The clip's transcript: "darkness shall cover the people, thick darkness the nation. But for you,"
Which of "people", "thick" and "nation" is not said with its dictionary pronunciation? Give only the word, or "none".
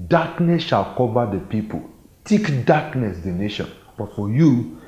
thick